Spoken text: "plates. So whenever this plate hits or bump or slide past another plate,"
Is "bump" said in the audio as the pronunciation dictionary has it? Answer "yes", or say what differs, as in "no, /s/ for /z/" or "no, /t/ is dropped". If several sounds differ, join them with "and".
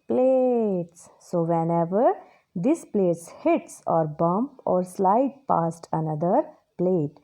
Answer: yes